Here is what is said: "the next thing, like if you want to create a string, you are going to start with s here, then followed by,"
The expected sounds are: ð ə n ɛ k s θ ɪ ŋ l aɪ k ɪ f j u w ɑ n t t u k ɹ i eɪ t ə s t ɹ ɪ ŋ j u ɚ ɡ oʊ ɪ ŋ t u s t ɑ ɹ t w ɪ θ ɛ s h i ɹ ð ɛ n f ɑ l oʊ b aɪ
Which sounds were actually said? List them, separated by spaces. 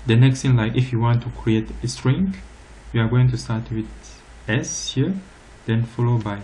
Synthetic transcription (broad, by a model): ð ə n ɛ k s t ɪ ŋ l aɪ k ɪ f j u w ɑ n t t u k ɹ i eɪ t ə s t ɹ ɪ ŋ j u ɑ ɡ oʊ ɪ ŋ t u s t ɑ ɹ t w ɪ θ ɛ s h i ɹ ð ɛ n f ɑ l oʊ b aɪ